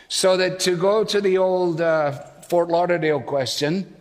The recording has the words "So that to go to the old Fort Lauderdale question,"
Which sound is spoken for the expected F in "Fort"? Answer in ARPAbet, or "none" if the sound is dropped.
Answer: F